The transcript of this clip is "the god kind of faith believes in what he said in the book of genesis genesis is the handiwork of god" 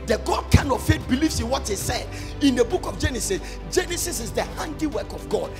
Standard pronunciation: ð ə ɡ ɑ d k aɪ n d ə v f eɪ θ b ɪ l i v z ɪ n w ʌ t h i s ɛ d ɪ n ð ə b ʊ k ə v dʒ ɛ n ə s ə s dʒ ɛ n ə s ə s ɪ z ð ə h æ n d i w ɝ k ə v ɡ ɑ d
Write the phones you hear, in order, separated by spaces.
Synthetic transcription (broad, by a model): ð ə ɡ ɑ d k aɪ n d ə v f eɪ t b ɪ l i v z ɪ n w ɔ t h i s ɛ d ɪ n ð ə b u k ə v dʒ ɛ n ə s ə s dʒ ɛ n ə s ə s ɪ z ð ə h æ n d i w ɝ k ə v ɡ ɑ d